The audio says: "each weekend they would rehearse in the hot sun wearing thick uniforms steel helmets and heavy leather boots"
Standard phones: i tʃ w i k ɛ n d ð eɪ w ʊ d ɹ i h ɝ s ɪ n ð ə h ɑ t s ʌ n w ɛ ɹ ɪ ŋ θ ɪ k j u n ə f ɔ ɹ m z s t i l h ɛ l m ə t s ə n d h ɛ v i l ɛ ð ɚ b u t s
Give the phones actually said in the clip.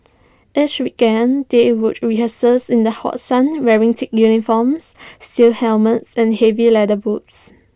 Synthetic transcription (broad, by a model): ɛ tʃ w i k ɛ n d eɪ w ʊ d ɹ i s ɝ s ɪ n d ə h ɑ t s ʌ n w ɛ ɹ ɪ ŋ t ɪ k j u n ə f ɔ m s s t i l h ɛ l m ə t s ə n h ɛ v i l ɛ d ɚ b u t s